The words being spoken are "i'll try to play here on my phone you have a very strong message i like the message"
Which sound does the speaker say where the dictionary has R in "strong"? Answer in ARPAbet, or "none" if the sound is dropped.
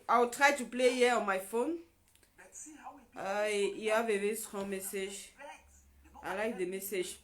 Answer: none